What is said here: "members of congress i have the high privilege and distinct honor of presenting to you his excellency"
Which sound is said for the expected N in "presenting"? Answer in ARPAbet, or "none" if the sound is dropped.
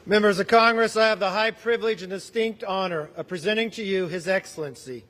none